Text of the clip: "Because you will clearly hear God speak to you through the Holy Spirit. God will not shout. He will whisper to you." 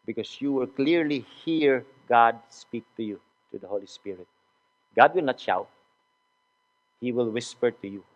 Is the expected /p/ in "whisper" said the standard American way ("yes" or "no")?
yes